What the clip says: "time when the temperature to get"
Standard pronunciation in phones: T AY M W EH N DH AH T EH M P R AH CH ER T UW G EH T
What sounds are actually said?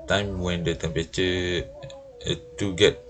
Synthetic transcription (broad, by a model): T AY M W EH N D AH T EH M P AH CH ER T UW G EH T